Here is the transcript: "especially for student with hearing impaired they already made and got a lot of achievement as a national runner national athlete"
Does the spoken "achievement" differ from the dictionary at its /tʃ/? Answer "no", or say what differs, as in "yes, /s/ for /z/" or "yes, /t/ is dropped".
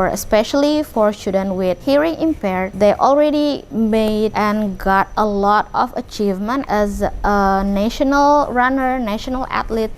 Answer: no